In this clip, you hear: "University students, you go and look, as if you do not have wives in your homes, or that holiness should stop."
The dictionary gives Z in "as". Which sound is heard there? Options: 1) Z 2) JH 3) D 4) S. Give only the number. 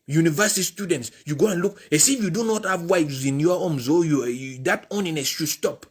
4